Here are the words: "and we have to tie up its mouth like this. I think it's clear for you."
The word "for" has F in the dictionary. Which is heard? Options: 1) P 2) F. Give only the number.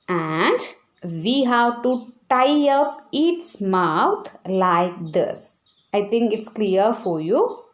2